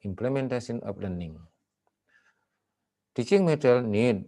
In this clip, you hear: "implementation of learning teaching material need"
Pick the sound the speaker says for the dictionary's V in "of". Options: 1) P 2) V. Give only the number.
1